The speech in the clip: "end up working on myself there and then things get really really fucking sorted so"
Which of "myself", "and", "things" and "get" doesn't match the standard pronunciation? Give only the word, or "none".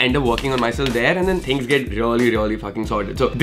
things